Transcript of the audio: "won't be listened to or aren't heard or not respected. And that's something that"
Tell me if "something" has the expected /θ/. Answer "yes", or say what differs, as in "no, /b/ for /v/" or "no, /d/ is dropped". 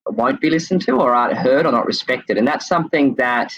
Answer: yes